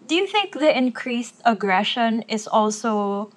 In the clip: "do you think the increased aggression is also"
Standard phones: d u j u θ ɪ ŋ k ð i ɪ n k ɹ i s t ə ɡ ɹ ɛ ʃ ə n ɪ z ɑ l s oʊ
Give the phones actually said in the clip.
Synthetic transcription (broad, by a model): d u j u θ ɪ ŋ k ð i ɪ n k ɹ i s t ə ɡ ɹ ɛ ʃ ə n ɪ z ɑ l s oʊ